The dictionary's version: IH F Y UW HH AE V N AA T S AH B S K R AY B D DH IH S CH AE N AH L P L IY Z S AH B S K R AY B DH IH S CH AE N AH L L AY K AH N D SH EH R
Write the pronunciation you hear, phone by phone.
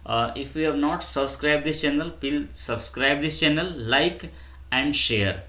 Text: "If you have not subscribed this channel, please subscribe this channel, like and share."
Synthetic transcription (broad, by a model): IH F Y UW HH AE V N AA T S AH B S K R AY B D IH S CH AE N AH L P IY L S AH B S K R AY B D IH S CH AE N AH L L AY K AH N D SH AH R